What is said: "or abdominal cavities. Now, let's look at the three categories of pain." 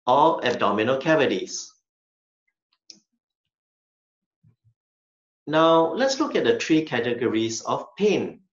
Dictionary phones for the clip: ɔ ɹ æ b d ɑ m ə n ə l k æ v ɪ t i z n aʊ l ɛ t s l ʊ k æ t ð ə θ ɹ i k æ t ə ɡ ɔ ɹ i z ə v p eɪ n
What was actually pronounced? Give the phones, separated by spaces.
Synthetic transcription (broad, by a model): ɔ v æ b d ɑ m ə n ə l k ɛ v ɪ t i s n aʊ l ɛ t s l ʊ k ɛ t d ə t ɹ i k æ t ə ɡ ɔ ɹ i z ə f p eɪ n